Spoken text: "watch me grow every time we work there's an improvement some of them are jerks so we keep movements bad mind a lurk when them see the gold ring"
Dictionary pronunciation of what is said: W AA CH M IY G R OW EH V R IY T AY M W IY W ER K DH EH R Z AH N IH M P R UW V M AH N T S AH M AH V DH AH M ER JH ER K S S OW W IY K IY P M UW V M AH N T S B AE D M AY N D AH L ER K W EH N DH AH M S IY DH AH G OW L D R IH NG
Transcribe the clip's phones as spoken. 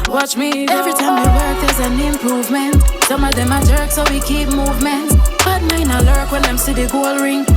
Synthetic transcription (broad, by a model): W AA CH M IY EH V R IY T AY M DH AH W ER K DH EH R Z AH N IH M P R UW V M AH N T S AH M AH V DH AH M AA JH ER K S S OW W IY K IY P M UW V M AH N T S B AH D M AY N AH L ER K W EH N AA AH M S IY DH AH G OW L R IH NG